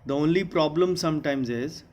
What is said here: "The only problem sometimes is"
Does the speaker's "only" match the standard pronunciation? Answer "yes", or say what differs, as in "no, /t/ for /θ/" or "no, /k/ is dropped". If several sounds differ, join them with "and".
yes